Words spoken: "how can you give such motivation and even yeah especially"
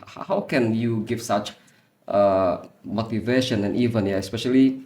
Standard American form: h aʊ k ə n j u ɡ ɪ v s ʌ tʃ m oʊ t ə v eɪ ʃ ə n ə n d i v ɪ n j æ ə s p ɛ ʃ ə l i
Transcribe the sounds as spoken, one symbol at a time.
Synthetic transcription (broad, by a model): h aʊ k ə n j u ɡ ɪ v s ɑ tʃ m oʊ t ə v eɪ ʃ ə n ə n i v ɪ n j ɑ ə s p ɛ ʃ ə l i